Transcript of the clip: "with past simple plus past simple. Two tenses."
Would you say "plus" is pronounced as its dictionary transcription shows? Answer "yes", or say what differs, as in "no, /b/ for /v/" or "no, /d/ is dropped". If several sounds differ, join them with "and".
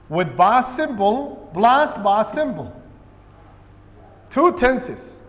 no, /b/ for /p/